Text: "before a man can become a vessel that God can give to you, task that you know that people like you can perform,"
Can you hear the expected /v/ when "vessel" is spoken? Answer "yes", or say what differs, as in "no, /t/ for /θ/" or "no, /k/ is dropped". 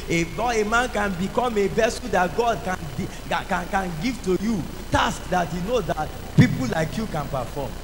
no, /b/ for /v/